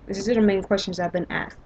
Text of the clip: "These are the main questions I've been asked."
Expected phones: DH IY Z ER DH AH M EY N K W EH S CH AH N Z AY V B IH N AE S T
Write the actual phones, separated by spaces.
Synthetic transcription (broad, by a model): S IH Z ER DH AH M EY N K W EH S CH AH N Z AY V B IH N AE S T